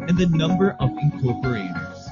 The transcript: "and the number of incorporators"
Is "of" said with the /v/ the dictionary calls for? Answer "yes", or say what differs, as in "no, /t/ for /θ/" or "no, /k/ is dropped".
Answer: yes